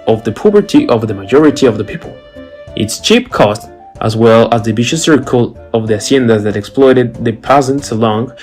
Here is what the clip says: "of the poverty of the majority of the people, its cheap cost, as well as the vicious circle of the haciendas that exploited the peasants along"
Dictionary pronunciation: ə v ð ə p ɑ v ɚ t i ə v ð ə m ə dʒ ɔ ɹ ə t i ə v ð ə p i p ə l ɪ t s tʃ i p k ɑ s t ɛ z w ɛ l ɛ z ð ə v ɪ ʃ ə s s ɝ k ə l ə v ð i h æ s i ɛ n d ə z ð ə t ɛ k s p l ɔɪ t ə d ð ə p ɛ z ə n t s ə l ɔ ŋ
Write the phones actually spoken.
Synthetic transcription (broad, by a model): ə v ð ə p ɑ b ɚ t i ə v ð ə m ə dʒ ɔ ɹ ə t i ə v ð ə p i p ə l ɪ t s tʃ i p k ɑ s t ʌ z w ɛ l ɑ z ð ə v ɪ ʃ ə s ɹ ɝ k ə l ə v ð i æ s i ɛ n d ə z ð ə t ɛ k s p l ɔɪ t ə d ð ə p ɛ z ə n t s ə l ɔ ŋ